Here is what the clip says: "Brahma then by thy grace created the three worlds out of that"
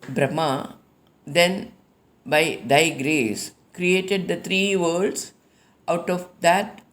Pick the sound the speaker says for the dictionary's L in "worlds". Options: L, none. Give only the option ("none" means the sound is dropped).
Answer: none